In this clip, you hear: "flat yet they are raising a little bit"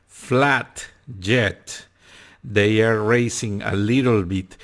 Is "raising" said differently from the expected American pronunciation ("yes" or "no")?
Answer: yes